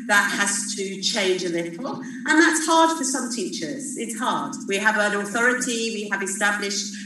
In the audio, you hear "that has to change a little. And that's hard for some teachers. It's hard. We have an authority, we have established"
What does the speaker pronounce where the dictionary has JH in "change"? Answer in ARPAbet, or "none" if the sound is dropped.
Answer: JH